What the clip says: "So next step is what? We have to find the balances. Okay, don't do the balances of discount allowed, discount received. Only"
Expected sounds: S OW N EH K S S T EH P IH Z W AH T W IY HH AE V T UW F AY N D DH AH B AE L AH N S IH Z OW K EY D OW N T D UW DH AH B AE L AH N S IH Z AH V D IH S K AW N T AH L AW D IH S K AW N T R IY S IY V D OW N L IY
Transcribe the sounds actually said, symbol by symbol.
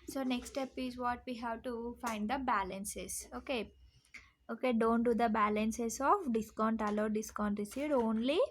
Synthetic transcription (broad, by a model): S OW N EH K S S T EH P IH Z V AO T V IY HH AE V T UW F AY N D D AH B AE L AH N S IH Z OW K EY D OW N T D UW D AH B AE L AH N S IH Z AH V D IH S K AW N T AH L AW D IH S K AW N T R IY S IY D OW N L IY